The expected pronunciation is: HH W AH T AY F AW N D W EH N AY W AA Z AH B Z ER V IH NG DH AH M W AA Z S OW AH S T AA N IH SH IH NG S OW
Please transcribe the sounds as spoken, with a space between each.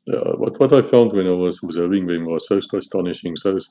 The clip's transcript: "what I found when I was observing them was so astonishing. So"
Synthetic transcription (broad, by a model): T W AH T AY F AW N D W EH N AY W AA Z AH Z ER IH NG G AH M W AA Z S OW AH S T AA N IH SH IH NG S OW